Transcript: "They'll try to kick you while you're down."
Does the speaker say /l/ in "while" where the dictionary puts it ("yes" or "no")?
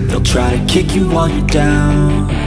no